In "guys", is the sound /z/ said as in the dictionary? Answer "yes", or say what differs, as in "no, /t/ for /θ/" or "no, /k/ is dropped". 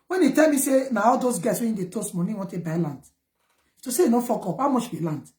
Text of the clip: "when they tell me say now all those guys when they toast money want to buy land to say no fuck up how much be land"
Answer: no, /s/ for /z/